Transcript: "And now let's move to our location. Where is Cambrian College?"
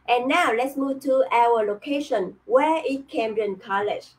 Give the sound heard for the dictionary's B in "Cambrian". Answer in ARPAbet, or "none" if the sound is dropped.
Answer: none